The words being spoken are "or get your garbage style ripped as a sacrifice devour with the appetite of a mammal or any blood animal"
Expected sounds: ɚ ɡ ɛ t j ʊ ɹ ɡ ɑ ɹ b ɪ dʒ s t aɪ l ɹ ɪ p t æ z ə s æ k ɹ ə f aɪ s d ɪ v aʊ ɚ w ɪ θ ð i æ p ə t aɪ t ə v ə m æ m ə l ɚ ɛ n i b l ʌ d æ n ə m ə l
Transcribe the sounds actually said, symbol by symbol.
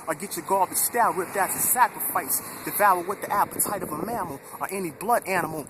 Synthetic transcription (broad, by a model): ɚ ɡ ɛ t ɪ ɡ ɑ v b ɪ s t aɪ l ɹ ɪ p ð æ s ə s æ k ɹ ə f aɪ s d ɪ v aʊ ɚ w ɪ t ð i æ p ə t aɪ t ə v ə m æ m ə l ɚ ɛ n i b l ʌ d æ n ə m l